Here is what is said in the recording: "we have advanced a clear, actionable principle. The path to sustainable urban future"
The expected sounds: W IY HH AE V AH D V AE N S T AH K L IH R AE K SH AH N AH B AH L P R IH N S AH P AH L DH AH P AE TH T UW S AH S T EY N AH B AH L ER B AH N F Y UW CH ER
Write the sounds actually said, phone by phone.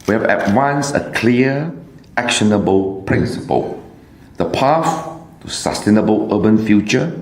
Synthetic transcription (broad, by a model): W IY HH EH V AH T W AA N S AH K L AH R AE K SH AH N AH B AH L P R IH N S AH P AH L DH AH P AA F T UW S AH S T EY N AH B AH L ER B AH N F Y UW CH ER